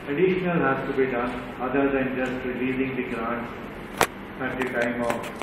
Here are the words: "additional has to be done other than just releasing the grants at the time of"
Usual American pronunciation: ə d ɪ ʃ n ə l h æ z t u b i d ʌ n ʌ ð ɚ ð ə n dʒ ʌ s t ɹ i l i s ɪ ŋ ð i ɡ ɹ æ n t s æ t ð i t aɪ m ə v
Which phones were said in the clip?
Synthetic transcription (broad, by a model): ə d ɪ ʃ n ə l h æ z t u b i d ʌ n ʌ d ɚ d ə n dʒ ʌ s t ɹ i l i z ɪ ŋ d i ɡ ɹ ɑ n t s æ t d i t aɪ m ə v